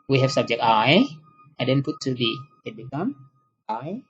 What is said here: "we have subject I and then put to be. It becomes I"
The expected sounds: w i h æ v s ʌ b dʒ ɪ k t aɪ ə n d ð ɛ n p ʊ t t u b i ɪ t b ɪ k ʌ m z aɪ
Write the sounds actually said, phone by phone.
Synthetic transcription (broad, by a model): w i h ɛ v s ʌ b dʒ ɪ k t aɪ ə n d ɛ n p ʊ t t u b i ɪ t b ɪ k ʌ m aɪ